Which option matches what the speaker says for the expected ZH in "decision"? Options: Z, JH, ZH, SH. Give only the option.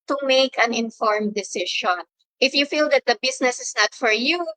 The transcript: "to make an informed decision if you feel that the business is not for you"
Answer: SH